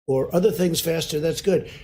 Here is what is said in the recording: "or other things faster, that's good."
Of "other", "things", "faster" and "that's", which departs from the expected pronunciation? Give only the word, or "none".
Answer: none